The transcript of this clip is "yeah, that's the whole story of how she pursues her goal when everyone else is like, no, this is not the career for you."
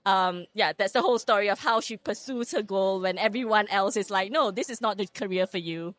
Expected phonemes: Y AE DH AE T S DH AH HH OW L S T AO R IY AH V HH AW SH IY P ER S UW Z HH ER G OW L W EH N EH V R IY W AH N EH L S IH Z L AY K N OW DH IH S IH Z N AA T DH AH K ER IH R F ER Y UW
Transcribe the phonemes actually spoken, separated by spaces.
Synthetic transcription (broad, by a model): Y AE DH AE T S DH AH HH OW L S T AO R IY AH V HH AW SH IY P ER S UW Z HH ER G OW L W EH N EH V R IY W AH N EH L S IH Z L AY K N OW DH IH S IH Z N AA T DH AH K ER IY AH F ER Y UW